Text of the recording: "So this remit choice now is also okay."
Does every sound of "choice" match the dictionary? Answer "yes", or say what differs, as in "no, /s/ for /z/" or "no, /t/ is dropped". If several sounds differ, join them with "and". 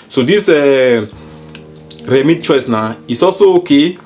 yes